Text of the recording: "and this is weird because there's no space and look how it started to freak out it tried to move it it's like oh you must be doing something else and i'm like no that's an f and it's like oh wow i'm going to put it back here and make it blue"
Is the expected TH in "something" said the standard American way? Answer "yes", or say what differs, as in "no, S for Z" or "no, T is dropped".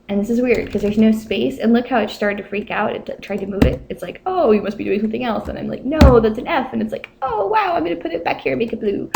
yes